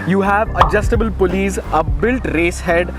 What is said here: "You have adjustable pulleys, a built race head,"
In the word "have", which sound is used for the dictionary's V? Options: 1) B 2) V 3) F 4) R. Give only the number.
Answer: 2